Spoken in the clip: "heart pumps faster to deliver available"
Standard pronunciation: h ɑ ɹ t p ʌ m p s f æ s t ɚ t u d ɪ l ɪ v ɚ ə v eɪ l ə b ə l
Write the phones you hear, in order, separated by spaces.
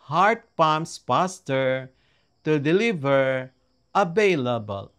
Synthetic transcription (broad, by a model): h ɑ ɹ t p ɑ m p s p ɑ s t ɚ t u d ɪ l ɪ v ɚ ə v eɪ l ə b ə l